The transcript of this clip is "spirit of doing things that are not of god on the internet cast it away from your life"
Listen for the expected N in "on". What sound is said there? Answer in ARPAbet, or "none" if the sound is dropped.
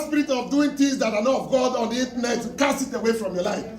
N